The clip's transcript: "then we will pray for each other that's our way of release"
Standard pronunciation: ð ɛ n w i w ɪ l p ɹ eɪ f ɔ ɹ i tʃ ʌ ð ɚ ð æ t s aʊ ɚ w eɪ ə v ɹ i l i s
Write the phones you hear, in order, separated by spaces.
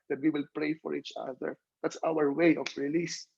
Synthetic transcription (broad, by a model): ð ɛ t w i w ɪ l p ɹ eɪ f ɔ ɹ i tʃ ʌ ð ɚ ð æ t s aʊ ɚ w eɪ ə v ɹ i l i s